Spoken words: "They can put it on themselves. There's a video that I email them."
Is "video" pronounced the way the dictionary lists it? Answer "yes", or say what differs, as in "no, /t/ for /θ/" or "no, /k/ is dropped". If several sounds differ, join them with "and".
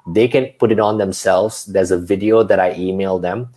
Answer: yes